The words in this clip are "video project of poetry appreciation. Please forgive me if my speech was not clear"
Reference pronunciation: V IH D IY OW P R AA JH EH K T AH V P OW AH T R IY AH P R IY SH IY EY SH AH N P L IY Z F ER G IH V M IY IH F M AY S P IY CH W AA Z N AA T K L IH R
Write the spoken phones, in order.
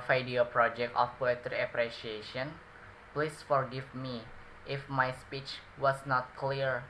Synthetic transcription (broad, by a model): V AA D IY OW P R AA JH EH K T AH F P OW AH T R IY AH P R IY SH IY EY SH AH N P L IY S F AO G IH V M IY IH F M AY S P IY CH W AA S N AA T K L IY R